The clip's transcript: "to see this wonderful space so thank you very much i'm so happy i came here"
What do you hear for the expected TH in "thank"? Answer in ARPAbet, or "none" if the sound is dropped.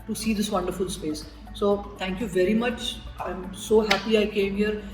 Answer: T